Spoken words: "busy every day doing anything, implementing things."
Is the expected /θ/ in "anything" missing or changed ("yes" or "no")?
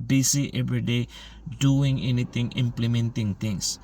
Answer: yes